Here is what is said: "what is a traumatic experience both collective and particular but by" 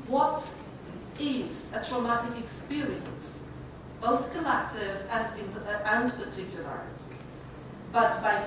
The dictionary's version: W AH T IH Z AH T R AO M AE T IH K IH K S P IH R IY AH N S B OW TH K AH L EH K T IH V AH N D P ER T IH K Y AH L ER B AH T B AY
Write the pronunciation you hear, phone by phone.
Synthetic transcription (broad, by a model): W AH T IH Z AH T R AO M AE T IH K IH K S P IH R IY AH N S B OW TH K AH L EH K T IH V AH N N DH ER T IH K Y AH L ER B AH T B AY